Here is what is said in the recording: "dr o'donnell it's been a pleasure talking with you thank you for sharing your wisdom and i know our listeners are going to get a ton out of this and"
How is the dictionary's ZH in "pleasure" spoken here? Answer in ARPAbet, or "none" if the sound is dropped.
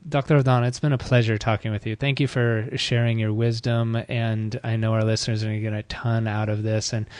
ZH